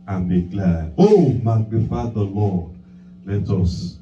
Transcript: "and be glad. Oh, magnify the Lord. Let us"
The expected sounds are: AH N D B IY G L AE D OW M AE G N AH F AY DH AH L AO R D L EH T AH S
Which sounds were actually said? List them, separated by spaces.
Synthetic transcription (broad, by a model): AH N B IY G L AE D OW M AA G AH F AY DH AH L AO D L EH T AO S